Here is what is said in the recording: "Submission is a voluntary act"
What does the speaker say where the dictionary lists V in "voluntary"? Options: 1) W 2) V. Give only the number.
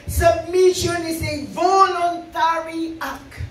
2